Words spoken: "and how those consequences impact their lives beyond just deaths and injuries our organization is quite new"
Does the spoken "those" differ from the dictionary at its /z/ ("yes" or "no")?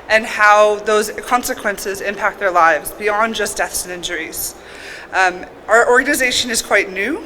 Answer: no